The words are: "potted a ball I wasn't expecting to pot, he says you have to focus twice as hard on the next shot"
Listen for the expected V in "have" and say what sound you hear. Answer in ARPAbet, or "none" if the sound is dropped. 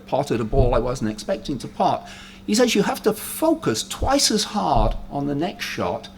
F